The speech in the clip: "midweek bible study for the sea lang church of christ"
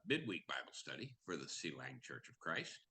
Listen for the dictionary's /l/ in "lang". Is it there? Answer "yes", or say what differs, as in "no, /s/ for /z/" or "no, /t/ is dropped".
yes